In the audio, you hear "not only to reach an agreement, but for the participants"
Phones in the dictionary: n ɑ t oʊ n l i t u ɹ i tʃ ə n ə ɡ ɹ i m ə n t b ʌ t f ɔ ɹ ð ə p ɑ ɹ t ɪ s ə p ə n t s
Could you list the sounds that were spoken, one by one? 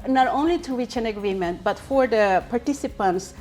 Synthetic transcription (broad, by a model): n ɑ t oʊ n l i t u w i tʃ ə n ə ɡ ɹ i m ə n t b ʌ t f ɔ ɹ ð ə p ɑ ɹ t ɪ s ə p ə n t s